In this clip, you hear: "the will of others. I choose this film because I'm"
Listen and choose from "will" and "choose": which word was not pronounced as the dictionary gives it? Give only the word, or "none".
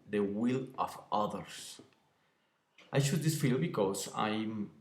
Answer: choose